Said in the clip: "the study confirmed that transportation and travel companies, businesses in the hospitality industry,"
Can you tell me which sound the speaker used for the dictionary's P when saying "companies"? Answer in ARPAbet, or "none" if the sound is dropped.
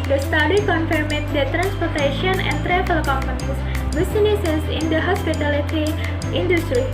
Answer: none